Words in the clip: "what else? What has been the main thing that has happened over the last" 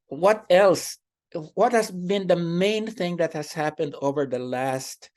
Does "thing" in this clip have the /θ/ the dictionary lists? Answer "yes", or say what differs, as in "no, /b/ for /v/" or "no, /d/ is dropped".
yes